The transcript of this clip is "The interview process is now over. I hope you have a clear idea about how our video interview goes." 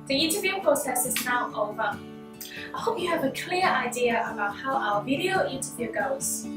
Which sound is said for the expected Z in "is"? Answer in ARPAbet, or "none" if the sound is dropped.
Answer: Z